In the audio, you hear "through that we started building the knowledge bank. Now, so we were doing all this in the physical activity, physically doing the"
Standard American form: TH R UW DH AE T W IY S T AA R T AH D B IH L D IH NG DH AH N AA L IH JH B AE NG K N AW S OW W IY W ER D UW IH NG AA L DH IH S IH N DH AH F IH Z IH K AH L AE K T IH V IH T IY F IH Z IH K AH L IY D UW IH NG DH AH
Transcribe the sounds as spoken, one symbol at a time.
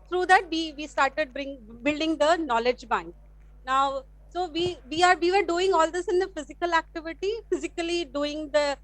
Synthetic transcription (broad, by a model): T R UW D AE T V IY S T AA R T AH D B IH L D IH NG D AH N AA L IH JH B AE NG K N AW S OW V IY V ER D UW IH NG AA L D IH S IH N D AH F IH Z IH K AH L AE K T IH V IH T IY F IH Z IH K AH L IY D UW IH NG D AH